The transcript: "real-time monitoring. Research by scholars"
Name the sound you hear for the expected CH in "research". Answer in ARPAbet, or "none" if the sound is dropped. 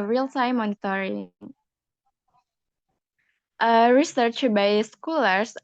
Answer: CH